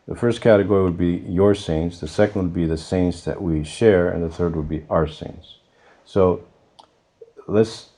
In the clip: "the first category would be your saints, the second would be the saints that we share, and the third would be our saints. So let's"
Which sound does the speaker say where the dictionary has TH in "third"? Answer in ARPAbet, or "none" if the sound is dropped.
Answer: TH